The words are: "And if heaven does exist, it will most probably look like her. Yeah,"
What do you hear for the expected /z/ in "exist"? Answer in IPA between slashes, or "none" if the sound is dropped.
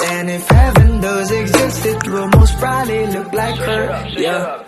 /z/